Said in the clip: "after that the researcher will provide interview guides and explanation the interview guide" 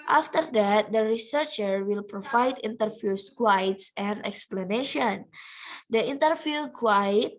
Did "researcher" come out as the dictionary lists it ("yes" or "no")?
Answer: yes